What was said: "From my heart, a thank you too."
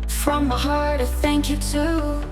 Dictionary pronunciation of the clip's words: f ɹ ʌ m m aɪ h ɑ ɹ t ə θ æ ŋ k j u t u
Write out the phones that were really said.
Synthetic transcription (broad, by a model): f ɹ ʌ m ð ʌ h ɑ ɹ t ə θ æ ŋ k j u t u